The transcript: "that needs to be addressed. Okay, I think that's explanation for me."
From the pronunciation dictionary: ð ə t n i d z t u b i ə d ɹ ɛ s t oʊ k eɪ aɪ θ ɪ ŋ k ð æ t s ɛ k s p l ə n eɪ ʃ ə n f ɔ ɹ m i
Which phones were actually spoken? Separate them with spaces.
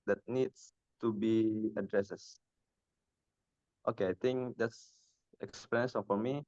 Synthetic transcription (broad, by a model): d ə t n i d s t u b i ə d ɹ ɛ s t oʊ k eɪ aɪ t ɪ ŋ k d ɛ t s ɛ k s p ə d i ə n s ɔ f m i